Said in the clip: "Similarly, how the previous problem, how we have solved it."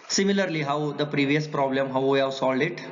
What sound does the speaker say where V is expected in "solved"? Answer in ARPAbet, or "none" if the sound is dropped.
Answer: none